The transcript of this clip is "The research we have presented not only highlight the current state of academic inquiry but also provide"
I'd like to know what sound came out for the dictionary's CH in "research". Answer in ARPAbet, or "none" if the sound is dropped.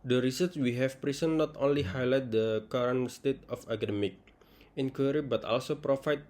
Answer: S